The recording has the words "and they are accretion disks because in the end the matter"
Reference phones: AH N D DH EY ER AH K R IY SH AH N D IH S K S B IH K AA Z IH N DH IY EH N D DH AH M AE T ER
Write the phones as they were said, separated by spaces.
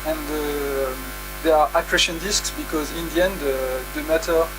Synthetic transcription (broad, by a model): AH N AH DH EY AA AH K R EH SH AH N D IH S K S B IH K AA Z IH N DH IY EH N D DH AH M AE T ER